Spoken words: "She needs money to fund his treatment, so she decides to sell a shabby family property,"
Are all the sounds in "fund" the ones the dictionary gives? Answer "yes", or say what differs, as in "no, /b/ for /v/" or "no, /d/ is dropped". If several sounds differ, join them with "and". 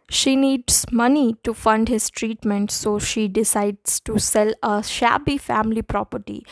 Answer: yes